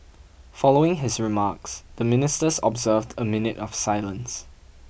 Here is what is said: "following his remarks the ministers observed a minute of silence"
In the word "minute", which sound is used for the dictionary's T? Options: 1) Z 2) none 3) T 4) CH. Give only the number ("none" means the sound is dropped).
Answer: 3